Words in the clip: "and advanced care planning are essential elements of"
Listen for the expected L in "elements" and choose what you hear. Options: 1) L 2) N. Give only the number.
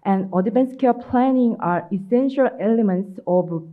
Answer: 1